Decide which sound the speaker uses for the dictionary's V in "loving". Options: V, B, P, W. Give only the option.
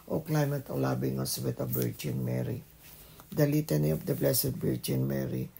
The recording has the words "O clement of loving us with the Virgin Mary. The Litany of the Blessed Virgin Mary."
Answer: B